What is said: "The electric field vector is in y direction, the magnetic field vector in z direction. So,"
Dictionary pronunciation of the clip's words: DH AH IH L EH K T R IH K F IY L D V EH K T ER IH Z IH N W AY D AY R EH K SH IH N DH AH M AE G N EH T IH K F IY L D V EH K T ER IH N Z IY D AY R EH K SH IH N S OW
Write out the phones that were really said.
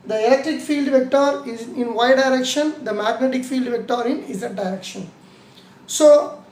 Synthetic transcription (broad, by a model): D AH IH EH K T IH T F IY L D V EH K T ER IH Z IH N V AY D AY R EH K SH IH N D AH M AE G N EH T IH K F IY L D V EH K T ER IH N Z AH D AY R EH K SH IH N S OW